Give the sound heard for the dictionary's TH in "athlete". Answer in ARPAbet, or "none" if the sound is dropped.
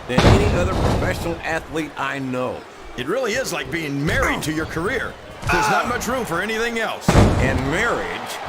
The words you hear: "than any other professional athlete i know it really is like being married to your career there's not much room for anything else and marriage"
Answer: TH